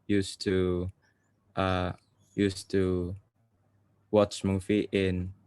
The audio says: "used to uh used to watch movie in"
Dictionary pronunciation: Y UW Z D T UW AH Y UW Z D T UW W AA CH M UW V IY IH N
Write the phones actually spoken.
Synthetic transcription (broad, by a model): Y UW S T UW AH Y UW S T UW W AA CH M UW F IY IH N